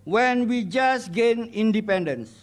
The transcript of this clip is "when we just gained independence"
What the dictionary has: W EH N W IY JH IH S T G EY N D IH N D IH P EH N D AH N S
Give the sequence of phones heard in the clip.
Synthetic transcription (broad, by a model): W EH N W IY JH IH S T G EY N IH N D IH P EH N D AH N S